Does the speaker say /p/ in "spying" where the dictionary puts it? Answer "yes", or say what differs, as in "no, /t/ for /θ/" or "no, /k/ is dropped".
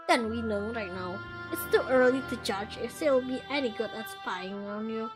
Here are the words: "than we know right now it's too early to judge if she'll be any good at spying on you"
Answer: no, /f/ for /p/